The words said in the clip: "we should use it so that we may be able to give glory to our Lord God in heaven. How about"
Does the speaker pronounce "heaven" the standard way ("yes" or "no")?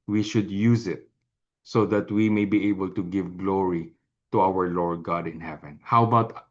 yes